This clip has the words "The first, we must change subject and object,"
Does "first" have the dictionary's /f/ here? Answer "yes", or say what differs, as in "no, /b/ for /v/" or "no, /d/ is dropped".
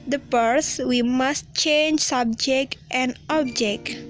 no, /p/ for /f/